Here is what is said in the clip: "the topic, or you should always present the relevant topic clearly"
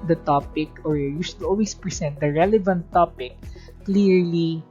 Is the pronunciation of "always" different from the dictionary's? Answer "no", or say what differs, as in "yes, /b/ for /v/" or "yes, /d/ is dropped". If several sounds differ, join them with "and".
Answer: yes, /s/ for /z/